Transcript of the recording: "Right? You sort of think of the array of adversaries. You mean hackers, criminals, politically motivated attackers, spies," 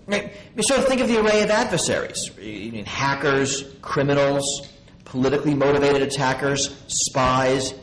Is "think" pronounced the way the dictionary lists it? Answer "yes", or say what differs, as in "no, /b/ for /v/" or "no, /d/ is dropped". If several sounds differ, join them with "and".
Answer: yes